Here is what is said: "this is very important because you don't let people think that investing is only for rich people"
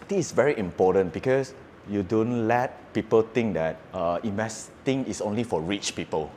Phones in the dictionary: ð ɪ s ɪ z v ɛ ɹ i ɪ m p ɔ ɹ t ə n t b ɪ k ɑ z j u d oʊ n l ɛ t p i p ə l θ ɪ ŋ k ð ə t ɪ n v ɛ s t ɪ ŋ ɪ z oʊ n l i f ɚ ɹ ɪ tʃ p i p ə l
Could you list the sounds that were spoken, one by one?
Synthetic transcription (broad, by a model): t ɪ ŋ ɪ s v ɛ ɹ i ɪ m p ɔ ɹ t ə n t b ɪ k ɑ s j u d oʊ n l ɛ t p i p ə l t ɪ ŋ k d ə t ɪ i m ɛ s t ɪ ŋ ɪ s oʊ n l i f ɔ ɹ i tʃ p i p ə l